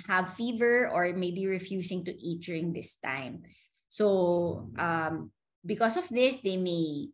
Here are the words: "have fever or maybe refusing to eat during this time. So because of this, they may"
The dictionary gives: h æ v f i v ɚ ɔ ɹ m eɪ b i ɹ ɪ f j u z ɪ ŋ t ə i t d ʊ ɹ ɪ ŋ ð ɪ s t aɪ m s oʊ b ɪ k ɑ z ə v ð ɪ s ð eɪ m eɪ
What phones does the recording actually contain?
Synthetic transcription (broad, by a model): h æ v f i v ɚ ɔ ɹ m eɪ b i ɹ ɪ f j u s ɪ ŋ t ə i t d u ɹ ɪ ŋ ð ɪ s t aɪ m s oʊ b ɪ k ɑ s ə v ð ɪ s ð eɪ m eɪ